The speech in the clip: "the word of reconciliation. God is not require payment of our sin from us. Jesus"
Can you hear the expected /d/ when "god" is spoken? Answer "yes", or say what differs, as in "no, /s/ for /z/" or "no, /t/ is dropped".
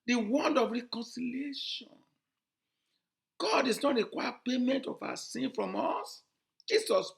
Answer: yes